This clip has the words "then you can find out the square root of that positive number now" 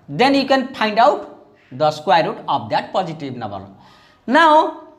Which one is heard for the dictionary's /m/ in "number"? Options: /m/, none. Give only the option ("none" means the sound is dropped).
none